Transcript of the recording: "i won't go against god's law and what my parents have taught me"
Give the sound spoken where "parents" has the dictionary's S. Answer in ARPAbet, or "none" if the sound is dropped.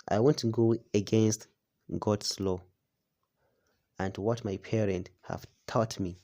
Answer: none